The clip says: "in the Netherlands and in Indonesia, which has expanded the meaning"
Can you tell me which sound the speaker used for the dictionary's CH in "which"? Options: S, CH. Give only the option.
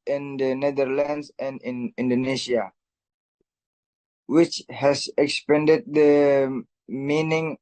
CH